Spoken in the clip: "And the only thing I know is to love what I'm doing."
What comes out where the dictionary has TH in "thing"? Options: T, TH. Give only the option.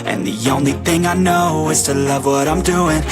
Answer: TH